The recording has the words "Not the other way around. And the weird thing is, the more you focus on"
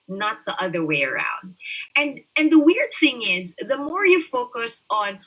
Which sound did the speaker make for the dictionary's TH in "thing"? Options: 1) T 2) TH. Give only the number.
2